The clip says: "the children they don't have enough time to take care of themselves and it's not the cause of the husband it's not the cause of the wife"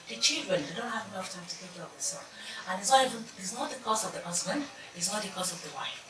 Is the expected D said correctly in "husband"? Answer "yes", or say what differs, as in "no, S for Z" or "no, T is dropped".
yes